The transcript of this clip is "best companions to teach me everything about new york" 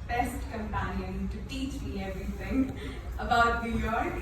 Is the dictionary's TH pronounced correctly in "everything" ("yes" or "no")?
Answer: no